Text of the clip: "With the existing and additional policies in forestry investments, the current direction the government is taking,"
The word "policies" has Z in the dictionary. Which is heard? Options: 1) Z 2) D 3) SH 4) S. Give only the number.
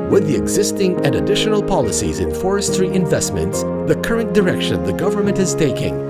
1